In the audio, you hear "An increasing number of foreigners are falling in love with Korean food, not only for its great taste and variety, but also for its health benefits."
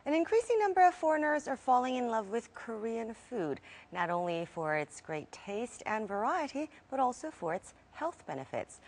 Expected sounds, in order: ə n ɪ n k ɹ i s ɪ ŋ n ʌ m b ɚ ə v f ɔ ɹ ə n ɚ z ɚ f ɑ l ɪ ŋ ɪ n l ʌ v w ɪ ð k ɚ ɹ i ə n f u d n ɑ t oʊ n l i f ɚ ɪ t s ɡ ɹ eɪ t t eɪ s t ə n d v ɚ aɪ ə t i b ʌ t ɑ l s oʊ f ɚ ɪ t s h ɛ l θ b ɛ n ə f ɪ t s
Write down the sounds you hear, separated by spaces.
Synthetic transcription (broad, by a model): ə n ɪ n k ɹ i s ɪ ŋ n ʌ m b ɚ ə v f ɔ ɹ ə n ɚ z ɚ f ɑ l ɪ ŋ ɪ n l ʌ v w ɪ ð k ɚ ɹ i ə n f u d n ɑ t oʊ n l i f ɚ ɪ t s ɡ ɹ eɪ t t eɪ s t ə n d v ɚ aɪ ə t i b ʌ t ɑ l s oʊ f ɚ ɪ t s h ɛ l θ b ɛ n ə f ɪ t s